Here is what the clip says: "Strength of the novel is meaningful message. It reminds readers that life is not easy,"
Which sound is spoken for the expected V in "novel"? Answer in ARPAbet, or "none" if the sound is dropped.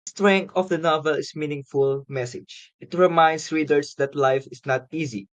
V